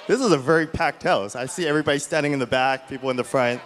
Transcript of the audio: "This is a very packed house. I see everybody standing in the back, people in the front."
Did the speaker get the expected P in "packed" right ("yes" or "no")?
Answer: yes